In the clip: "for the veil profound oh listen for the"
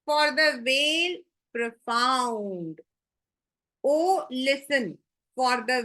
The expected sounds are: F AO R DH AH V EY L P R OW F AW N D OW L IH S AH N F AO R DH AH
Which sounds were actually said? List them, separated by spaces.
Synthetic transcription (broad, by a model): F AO R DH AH V EY L P R OW F AW N D OW L IH S AH N F AO R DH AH